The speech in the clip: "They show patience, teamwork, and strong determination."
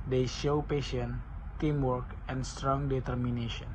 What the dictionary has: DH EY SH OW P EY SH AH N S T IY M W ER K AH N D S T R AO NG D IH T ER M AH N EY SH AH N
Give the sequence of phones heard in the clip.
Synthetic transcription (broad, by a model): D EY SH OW P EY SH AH N T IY M W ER K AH N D S T R AO NG D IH T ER M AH N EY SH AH N